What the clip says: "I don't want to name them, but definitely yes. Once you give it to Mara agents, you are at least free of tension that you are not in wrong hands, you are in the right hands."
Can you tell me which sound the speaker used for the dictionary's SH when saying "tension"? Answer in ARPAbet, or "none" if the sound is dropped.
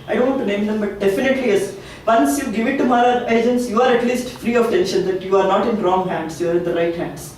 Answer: SH